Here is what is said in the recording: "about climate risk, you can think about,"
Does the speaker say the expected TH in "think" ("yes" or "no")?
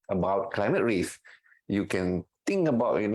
no